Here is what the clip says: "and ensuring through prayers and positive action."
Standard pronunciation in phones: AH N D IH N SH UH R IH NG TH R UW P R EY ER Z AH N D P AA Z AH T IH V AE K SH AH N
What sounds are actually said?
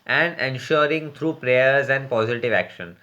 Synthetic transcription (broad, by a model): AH N D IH N SH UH R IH NG T R UW P R EY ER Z AH N D P AA Z AH T IH V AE K SH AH N